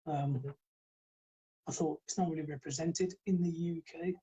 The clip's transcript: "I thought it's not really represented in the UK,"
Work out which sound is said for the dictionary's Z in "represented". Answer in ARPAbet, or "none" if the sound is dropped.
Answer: Z